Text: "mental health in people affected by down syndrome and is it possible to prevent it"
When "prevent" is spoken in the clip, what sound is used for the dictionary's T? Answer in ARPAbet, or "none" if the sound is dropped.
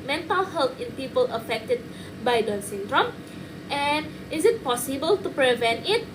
T